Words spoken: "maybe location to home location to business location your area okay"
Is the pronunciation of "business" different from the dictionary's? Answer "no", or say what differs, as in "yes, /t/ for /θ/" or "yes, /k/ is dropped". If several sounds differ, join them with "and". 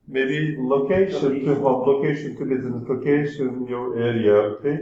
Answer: yes, /n/ is dropped